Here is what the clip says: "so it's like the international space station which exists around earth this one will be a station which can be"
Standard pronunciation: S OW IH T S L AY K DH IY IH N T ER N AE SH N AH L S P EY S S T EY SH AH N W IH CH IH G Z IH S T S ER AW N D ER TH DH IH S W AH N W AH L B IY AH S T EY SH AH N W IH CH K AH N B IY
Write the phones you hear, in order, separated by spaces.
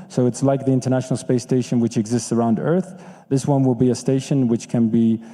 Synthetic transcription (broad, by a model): S OW IH T S L AY K DH IY IH N T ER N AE SH N L S P EY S S T EY SH AH N W IH CH IH G Z IH S T S ER AW N D ER TH DH IH S W AH N W AH L B IY AH S T EY SH AH N W IH CH K AH N B IY